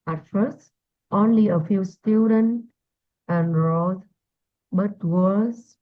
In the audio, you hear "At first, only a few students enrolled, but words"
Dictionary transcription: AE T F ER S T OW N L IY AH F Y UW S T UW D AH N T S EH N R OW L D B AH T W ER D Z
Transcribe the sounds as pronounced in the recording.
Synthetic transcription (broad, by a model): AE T F ER S T OW N L IY AH F Y UW S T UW D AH N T EH N R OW D B AH T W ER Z